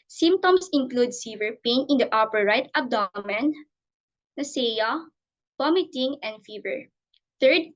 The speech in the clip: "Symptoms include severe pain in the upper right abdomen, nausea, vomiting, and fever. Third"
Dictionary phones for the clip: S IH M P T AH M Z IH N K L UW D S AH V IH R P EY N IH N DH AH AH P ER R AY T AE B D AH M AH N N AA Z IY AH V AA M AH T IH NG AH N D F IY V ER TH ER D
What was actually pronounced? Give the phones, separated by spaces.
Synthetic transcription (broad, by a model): S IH M P T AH M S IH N K L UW D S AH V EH R P EY N IH N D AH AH P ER R AY T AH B D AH M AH N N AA S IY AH P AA M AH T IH NG AH N D F IY V ER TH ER D